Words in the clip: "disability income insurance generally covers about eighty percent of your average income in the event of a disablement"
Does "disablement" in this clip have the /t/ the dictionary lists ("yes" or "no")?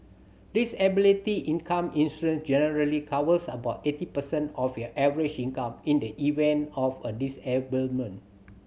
no